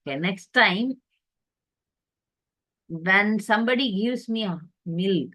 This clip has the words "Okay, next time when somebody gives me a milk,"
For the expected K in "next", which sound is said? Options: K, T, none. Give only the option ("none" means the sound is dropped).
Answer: K